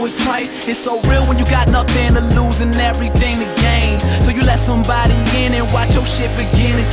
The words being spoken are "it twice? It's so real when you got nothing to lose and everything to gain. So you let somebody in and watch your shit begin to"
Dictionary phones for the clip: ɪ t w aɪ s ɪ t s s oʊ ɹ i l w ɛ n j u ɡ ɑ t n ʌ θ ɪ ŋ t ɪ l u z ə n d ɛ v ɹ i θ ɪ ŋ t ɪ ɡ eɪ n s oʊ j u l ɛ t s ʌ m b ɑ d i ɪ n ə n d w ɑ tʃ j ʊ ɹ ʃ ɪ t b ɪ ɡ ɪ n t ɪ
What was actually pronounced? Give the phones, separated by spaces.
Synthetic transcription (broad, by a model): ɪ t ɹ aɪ ɪ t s s oʊ ɹ i l w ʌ n j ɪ ɡ ɑ t n ʌ θ ɪ ŋ t ɪ l u z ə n ɛ v ɹ i θ ɪ ŋ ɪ ɡ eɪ n s oʊ j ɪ l ɛ t s ʌ m b ɑ d i ɪ n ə n w ɑ tʃ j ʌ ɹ ʃ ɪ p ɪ ɡ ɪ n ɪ